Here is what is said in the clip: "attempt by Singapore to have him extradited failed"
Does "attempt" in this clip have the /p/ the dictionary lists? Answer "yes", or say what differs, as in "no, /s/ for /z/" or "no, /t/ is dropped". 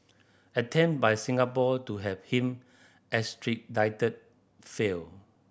no, /p/ is dropped